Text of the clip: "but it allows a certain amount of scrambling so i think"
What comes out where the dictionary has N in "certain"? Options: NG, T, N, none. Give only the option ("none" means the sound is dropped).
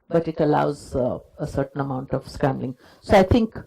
N